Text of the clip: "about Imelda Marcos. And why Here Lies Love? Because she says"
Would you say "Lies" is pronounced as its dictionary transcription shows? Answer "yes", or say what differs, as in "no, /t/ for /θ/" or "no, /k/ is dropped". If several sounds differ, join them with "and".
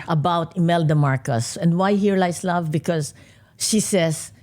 no, /s/ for /z/